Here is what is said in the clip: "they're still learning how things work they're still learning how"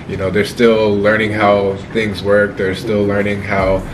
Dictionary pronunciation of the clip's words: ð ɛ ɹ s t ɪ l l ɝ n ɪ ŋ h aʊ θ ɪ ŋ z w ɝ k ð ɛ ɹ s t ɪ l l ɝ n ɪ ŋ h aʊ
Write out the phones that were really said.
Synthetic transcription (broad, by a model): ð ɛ ɹ s t ɪ l l ɝ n ɪ ŋ h aʊ θ ɪ ŋ z w ɝ k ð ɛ ɹ s t ɪ l l ɝ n ɪ ŋ h aʊ